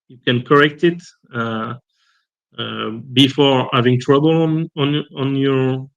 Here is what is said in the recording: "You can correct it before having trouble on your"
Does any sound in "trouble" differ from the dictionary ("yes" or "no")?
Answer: yes